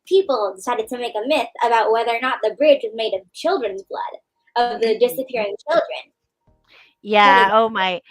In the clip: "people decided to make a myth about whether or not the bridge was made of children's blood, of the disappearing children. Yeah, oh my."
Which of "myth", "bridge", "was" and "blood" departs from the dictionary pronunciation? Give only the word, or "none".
none